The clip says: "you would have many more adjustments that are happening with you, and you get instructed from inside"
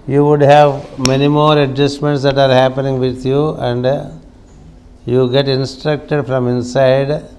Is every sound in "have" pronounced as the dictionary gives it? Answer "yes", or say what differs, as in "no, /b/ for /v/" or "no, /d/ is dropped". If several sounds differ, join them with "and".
yes